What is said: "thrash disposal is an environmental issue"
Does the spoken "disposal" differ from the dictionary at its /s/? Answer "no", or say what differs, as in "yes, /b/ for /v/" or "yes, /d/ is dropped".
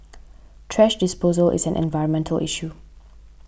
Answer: no